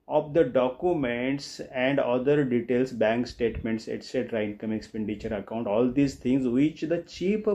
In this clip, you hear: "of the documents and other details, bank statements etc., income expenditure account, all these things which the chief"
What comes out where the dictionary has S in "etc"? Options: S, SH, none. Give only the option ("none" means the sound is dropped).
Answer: S